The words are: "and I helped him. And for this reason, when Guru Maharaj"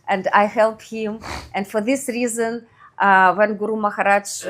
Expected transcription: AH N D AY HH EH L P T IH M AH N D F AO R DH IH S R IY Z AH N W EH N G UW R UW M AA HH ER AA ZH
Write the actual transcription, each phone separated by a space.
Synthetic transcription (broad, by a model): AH N D AY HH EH L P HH IH M AH N D F AO R DH IH S R IY Z AH N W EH N G UW R UW M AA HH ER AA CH